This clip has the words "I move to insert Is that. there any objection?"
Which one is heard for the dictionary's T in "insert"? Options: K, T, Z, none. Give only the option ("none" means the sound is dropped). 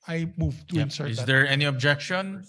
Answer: none